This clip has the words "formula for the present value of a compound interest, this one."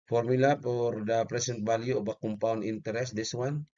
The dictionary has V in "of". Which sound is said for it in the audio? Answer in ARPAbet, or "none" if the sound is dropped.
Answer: B